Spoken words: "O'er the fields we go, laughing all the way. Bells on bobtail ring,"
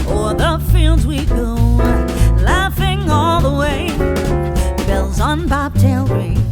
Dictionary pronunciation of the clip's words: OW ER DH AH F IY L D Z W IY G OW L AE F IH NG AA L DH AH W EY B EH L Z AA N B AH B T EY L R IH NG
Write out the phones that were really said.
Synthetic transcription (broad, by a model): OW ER DH AH F IY L D Z W IY G OW L AE F IH NG AA L DH AH W EY B EH L Z N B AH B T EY L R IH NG